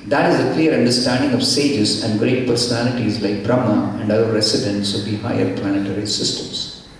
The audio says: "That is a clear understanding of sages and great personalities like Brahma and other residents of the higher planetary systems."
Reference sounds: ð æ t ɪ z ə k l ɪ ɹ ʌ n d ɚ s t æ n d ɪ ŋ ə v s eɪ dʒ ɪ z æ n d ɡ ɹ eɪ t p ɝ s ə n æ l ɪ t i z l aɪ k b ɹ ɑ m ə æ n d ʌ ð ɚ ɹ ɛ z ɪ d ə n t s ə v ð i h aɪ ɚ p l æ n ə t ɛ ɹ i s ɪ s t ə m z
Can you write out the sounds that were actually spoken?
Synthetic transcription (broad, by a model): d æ t ɪ z ə k l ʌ ɹ ʌ n d ɚ s t æ n d ɪ ŋ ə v s eɪ dʒ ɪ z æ n d ɡ ɹ eɪ t p ɝ s ə n æ l ɪ t i z l aɪ k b ɹ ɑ m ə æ n d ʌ ɚ ɹ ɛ s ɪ d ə n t s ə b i h aɪ ɚ p l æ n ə t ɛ ɹ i s ɪ s t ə m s